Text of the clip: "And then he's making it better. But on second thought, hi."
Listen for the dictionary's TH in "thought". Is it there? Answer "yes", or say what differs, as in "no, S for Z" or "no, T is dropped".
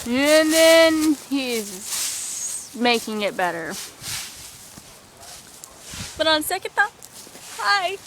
no, T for TH